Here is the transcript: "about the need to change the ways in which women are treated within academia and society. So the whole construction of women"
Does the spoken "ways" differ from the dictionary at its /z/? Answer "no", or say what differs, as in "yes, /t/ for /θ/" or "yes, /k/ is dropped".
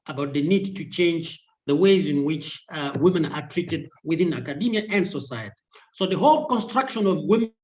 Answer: no